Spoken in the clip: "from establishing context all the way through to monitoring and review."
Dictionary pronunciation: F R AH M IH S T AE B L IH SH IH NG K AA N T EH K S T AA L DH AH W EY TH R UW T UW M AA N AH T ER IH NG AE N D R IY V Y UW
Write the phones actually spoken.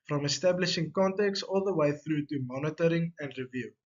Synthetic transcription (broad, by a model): F R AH M IH S T AE B L IH SH IH NG K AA N T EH K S AA L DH AH W EY TH R UW T UW M AA N AH T ER IH NG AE N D R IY V Y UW